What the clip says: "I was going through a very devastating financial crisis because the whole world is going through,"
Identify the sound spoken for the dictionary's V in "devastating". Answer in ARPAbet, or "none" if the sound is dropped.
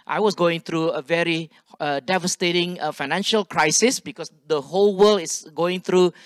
V